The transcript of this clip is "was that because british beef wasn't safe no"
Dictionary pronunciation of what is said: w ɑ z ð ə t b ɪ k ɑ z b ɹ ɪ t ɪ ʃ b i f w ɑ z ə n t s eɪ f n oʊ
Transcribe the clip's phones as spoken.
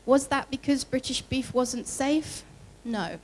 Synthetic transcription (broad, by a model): w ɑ z ð ə t b ɪ k ɑ z b ɹ ɪ t ɪ ʃ b i f w ɑ z ə n t s eɪ f n oʊ